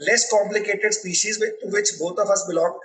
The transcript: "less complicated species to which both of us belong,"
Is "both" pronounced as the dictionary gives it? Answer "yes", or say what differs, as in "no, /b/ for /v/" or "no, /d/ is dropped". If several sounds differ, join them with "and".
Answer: no, /t/ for /θ/